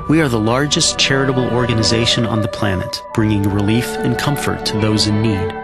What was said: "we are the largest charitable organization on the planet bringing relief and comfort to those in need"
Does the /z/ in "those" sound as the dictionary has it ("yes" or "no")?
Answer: yes